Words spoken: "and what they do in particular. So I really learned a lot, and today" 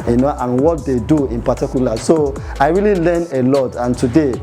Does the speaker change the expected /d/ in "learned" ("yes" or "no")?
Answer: yes